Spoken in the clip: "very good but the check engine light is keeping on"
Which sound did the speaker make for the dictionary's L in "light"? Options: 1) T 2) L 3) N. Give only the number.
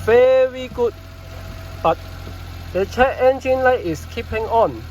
2